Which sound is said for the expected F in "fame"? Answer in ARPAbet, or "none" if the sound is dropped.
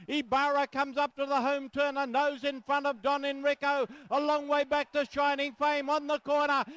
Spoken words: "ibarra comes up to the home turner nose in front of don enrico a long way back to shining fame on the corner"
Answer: F